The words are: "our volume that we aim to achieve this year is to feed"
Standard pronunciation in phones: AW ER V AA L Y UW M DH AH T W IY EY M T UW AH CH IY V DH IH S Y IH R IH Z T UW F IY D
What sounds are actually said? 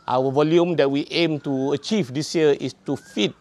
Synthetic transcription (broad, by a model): AW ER V AA L Y UW M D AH T W IY EY M T UW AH CH IY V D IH S Y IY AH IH S T UW F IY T